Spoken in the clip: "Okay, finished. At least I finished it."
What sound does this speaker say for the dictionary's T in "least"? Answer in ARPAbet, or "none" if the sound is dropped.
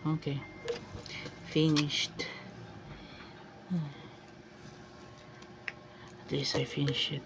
none